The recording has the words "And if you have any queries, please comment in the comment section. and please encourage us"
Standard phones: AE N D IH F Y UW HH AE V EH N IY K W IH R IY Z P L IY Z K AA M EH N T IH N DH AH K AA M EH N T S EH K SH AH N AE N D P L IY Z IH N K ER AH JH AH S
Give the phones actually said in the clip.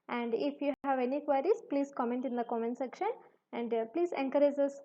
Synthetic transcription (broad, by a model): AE N D IH F Y UW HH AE V EH N IY K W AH R IY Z P L IY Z K AA M EH N T IH N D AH K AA M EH N S EH K SH AH N AE N D P L IY Z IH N K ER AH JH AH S